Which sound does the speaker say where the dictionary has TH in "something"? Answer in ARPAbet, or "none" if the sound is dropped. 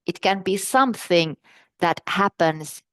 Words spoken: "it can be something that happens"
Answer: TH